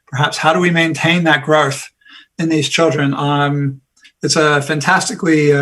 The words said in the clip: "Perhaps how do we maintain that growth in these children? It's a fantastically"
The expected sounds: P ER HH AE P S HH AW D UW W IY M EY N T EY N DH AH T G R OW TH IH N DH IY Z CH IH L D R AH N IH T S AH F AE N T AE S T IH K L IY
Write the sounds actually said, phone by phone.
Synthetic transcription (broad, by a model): P ER HH AE P S HH AW D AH W IY M EY N T EY N DH AH T G R OW TH IH N DH IY Z CH IH L D R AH N IH T S AH F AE N T AE S T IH K L IY